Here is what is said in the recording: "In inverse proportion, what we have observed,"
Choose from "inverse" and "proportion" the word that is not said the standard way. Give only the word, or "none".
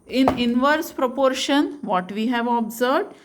none